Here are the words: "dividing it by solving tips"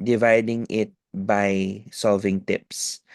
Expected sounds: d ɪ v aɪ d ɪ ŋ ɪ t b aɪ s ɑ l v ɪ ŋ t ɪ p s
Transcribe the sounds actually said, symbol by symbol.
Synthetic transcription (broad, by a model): d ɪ v aɪ d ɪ ŋ ɪ t b aɪ s ɑ l v ɪ ŋ t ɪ p s